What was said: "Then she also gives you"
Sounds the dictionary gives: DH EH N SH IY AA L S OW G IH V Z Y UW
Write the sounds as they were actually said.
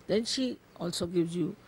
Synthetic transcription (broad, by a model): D EH N SH IY AA L S OW G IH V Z Y UW